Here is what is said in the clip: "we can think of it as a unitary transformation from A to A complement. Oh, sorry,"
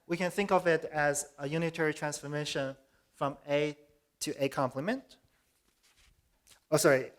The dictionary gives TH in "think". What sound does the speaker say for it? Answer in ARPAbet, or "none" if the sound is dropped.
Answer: TH